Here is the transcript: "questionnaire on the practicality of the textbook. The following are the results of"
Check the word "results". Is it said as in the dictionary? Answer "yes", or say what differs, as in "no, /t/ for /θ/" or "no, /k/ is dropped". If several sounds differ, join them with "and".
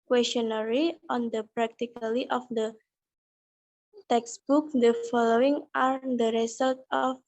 no, /s/ is dropped